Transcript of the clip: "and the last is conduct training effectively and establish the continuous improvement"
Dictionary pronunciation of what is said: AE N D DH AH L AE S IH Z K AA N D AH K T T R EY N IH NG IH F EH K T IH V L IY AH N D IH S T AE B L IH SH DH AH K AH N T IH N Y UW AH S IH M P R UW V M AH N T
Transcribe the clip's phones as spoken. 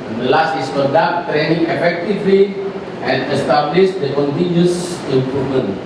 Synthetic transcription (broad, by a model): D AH L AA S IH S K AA D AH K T T R EY N IH NG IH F EH K T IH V L IY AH N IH S T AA B L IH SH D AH K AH N T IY N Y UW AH S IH M P R UW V M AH N